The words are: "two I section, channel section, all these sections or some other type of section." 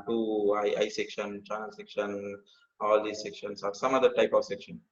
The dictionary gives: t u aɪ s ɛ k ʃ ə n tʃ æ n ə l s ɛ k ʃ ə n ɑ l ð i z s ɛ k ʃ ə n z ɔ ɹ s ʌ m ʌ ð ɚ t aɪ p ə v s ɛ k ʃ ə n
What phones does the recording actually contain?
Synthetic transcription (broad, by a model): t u aɪ s ɛ k ʃ ə n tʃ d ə n s ɛ k ʃ ə n ɑ l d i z s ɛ k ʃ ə n s ɔ ɹ s ʌ m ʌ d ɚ t aɪ p ə v s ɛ k ʃ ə n